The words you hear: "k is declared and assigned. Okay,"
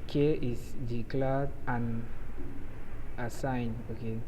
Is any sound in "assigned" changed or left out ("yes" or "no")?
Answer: yes